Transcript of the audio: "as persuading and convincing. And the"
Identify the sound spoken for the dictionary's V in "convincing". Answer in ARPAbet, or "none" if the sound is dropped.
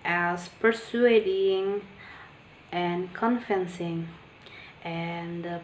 F